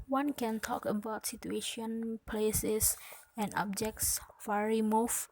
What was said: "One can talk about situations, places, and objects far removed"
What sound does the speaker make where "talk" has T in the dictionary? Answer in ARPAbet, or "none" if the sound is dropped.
T